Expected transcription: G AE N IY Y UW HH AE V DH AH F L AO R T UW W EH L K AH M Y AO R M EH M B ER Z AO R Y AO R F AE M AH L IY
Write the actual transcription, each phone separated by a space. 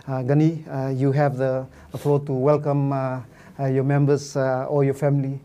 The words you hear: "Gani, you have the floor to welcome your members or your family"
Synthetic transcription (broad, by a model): G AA N IY Y UW HH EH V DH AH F L AO T UW W EH L K AH M Y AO M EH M B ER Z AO L Y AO F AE M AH L IY